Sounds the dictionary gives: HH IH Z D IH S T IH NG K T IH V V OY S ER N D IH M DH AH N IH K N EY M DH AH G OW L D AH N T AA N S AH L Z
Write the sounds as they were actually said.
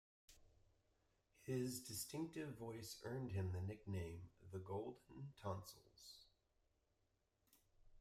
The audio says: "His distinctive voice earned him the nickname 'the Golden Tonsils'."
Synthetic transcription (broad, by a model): HH IH Z D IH S T IH NG K T IH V V OY S ER N D IH M DH AH N IH K N EY M DH AH G OW L D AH N T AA N S L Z